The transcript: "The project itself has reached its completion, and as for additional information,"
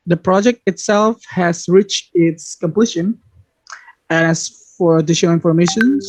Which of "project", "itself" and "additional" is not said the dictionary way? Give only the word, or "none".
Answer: additional